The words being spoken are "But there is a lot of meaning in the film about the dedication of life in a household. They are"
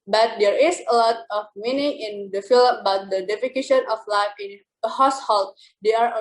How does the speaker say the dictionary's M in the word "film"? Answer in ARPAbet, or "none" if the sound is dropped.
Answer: none